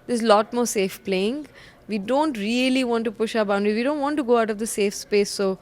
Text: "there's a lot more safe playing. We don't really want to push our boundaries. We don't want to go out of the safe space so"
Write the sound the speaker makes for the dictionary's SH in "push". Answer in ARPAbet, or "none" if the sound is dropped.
SH